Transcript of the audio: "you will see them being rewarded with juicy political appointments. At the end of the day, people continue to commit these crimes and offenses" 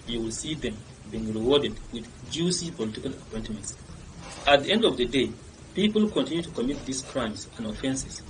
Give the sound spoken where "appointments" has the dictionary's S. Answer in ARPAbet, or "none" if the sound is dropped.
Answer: S